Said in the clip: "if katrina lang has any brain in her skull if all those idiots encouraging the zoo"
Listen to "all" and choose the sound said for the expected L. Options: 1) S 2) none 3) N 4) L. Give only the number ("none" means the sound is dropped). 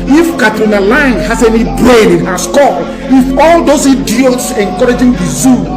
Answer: 4